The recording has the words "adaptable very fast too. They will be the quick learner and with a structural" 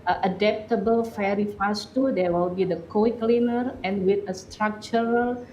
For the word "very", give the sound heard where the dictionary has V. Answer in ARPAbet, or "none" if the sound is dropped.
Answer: F